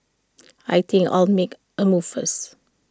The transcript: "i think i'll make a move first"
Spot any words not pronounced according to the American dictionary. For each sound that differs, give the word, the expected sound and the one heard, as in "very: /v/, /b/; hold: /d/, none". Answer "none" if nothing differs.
first: /t/, none